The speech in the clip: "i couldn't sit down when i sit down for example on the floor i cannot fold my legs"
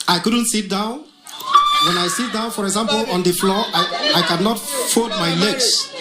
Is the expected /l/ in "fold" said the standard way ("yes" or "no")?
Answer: no